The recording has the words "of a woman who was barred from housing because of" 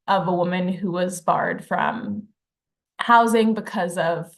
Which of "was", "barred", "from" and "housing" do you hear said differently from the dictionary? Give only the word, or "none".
none